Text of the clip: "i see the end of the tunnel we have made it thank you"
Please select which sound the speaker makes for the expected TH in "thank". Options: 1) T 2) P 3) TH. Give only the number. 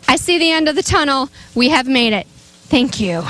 3